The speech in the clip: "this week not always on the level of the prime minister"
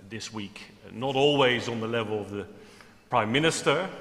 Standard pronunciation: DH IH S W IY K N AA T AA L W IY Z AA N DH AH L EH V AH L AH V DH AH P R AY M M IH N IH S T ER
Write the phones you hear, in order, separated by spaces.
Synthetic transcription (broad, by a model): DH IH S W IY K N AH T AA L W IY Z N DH AH L EH V AH L AH V DH AH P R AY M M IH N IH S T ER